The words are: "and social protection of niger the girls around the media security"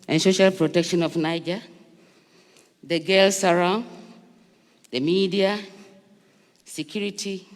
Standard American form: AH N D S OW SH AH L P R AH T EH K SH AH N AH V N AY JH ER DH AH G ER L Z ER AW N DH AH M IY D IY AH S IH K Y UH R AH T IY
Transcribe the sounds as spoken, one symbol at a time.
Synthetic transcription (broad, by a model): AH N S OW SH AH L P R AH T EH K SH AH N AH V N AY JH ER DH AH G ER L S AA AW N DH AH M IY D IY AH S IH K Y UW R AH T IY